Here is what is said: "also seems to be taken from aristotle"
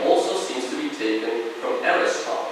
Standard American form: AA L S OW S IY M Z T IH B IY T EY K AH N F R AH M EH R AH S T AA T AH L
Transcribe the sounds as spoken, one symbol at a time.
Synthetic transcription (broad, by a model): AA L S OW S IY M Z T IH B IY T EY K AH N F R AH M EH R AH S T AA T